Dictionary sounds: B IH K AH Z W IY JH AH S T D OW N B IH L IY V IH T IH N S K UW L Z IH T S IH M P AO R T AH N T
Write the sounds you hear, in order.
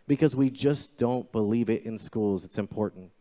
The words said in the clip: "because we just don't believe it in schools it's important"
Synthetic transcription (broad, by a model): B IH K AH Z W IY JH AH S D OW N B IH L IY V IH T IH N S K UW L Z IH T S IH M P AO R T N T